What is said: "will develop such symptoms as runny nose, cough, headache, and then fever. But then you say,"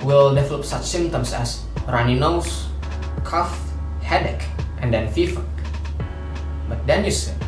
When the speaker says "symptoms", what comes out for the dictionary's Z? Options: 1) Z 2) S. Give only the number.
2